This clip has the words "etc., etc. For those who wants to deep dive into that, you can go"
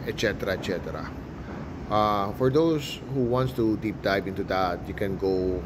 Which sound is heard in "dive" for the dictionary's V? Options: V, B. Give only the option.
B